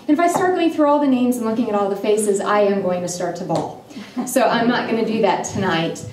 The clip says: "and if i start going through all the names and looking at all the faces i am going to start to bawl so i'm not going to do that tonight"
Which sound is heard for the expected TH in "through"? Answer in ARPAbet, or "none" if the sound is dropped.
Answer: TH